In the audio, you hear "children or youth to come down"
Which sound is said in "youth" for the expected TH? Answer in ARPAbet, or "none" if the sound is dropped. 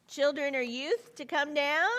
TH